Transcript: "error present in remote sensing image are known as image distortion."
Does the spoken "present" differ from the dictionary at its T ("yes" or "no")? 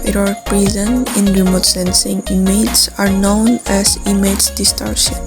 yes